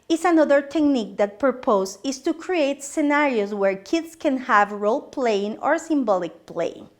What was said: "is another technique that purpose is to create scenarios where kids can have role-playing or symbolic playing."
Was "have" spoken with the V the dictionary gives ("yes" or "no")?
yes